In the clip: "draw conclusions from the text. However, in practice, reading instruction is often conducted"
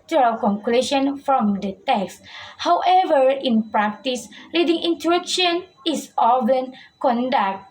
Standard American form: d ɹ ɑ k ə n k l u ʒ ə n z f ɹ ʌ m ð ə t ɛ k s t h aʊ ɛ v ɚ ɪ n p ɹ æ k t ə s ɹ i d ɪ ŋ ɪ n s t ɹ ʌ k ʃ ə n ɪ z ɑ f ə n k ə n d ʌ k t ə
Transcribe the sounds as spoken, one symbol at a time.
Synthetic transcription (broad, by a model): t ɹ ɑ k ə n k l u ʃ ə n f ɹ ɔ m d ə t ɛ k s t h aʊ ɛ v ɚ ɪ n p ɹ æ k t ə s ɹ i d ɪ ŋ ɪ n t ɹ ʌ k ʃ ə n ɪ s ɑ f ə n k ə n d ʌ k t